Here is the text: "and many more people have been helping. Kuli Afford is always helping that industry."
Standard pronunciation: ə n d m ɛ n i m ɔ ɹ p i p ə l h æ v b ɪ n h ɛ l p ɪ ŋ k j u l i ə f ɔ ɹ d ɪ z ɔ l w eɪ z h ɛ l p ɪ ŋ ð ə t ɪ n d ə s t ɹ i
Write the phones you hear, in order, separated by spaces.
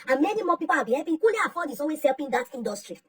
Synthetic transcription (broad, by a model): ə n m ɛ n i m ɔ p i p ə l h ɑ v b ɪ n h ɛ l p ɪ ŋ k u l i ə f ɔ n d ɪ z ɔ w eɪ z h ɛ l p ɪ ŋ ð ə t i n d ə s t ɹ i